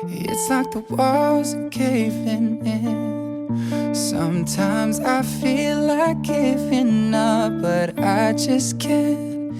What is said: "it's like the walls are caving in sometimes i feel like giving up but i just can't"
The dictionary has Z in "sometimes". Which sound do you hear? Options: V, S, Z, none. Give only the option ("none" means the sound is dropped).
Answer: Z